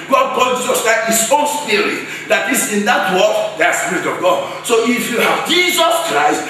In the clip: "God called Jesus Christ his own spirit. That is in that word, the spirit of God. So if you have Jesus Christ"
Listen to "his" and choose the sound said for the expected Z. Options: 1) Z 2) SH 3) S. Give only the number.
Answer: 3